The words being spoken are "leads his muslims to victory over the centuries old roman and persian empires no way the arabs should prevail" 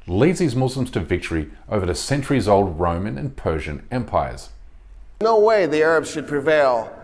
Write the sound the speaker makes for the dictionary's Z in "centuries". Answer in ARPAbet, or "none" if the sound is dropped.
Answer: Z